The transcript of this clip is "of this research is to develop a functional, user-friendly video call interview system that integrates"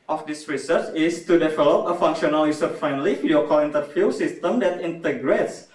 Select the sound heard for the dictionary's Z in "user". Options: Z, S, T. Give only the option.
S